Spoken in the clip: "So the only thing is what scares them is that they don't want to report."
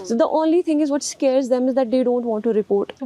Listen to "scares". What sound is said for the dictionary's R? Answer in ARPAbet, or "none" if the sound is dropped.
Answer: R